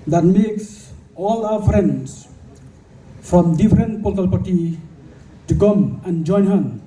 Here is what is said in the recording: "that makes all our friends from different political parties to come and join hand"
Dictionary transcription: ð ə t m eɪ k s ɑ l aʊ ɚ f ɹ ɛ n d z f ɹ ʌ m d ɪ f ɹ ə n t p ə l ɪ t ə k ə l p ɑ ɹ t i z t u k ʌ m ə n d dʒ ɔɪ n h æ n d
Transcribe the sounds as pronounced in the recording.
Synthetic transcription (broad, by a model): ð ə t m eɪ k s ɑ l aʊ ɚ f ɹ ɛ n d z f ɹ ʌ m d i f ɹ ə n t p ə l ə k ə l p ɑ ɹ t i t u k ʌ m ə n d dʒ ɔɪ n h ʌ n